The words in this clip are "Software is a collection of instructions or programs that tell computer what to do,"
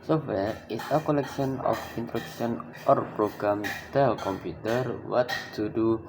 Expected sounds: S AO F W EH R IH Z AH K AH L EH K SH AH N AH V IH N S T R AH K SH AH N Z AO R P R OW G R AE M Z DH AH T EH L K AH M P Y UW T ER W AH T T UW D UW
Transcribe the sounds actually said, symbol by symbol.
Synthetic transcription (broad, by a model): S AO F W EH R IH S AH K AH L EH K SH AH N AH F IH N T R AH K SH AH N AO R P R OW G R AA M T EH L K AH M P Y UW T ER W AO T T UW D UW